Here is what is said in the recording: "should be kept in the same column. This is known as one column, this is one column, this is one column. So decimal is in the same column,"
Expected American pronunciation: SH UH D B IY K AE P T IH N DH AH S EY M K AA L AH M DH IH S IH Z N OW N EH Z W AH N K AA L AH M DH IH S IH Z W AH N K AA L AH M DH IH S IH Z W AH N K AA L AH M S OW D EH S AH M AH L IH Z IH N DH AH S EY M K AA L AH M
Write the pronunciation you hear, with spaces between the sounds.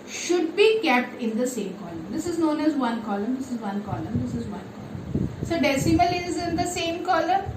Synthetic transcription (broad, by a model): SH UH D B IY K AE P T IH N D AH S EY M K AA L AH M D IH S IH Z N OW N EH Z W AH N K AA L AH M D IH S IH Z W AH N K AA L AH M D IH S IH Z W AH N K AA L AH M S OW D EH S AH M AH L IH Z IH N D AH S EY M K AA L AH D